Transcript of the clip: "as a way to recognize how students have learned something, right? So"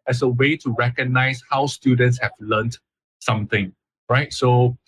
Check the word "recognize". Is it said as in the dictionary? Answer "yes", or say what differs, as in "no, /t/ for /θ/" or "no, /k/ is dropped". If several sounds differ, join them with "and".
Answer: no, /s/ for /z/